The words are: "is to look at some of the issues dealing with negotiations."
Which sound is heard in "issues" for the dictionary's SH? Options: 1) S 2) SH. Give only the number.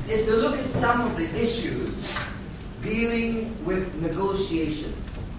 2